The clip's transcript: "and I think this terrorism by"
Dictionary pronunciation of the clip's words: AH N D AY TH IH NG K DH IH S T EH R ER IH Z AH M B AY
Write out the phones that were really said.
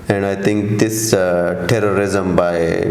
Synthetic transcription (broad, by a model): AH N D AY T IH NG K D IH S T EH R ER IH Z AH M B AY